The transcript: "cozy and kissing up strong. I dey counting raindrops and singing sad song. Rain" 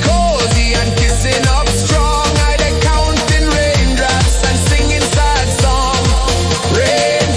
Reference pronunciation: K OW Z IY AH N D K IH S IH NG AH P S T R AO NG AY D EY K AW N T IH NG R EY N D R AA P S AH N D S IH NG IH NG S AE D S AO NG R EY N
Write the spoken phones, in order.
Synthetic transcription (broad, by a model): K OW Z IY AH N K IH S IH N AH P S T R AO NG AY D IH K AW N T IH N R EY N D R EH S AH N S IH NG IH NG S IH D S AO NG R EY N